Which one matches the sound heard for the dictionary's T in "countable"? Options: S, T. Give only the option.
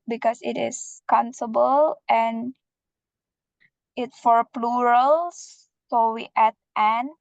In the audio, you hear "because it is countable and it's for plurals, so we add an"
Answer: S